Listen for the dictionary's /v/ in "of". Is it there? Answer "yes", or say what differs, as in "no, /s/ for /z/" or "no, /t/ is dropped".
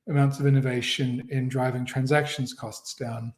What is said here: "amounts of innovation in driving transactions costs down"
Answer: yes